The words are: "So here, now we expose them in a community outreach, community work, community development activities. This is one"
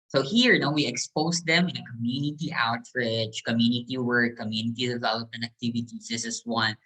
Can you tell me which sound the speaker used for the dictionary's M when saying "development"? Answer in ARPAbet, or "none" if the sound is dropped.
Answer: none